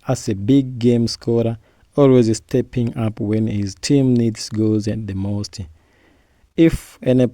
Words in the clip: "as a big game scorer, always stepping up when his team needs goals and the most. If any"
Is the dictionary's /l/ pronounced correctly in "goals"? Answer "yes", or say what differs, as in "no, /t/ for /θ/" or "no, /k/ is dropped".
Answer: no, /l/ is dropped